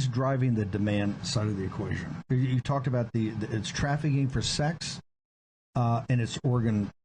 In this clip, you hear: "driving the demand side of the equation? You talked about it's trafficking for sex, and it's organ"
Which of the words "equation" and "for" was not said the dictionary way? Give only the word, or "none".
none